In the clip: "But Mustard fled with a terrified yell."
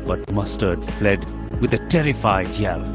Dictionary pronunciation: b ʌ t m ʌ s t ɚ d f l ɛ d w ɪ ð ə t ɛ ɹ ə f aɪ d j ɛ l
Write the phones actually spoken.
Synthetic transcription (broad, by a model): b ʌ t m ʌ s t ɚ d f l ɛ d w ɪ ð ə t ɛ ɹ ə f aɪ d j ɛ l